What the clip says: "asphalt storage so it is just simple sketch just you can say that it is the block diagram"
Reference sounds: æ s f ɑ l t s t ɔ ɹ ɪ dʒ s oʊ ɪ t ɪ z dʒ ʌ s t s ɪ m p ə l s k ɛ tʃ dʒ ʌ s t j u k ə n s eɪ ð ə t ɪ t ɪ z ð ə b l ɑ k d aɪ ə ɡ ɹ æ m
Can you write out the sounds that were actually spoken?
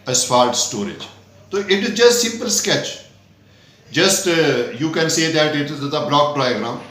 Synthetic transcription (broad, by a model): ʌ s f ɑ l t s t ɔ ɹ ɪ dʒ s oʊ ɪ t ɪ z dʒ ʌ s t s ɪ m p ə l s k ɛ tʃ dʒ ʌ s t j u k ə n s eɪ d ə t ɪ t ɪ z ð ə b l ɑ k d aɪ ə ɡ ɹ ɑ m